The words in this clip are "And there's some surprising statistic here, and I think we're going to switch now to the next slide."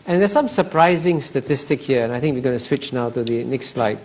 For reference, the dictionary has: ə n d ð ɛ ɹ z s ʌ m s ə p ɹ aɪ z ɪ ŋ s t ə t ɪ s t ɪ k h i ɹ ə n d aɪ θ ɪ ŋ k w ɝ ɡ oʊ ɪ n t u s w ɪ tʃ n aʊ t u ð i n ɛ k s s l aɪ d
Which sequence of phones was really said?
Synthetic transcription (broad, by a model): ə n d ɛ s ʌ m s ə p ɹ aɪ z ɪ ŋ s t ə t ɪ s t ɪ k h i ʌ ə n aɪ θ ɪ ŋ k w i ɡ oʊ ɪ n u s w ɪ tʃ n aʊ t u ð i n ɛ k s s l aɪ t